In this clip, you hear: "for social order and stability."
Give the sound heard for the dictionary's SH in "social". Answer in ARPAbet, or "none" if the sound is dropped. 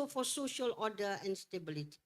SH